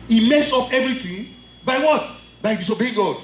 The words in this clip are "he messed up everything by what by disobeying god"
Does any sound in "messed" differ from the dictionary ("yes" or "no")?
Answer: yes